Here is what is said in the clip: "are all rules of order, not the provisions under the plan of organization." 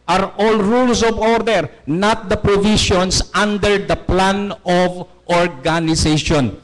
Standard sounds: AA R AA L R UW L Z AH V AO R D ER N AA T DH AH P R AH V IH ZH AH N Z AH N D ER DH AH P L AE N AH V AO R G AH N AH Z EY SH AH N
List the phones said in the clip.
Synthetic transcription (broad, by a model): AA R AA L R UW L S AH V AO R D ER N AA T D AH P R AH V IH SH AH N S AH N D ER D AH P L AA N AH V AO R G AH N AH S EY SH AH N